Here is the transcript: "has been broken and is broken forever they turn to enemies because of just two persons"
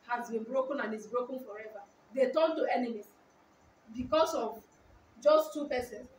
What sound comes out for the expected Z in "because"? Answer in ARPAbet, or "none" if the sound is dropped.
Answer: S